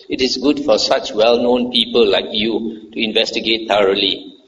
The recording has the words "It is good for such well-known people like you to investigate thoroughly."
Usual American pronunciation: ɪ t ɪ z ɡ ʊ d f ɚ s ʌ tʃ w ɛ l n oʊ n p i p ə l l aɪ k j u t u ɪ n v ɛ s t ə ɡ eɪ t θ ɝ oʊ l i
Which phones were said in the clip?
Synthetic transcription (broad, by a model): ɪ t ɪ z ɡ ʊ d f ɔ s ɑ tʃ w ɛ l n oʊ n p i p ə l l aɪ k j u t u ɪ n v ɛ s t ə ɡ eɪ t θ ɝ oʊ l i